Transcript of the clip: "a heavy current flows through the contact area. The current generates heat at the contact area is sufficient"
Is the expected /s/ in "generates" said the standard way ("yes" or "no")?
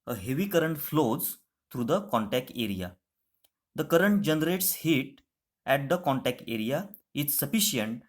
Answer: yes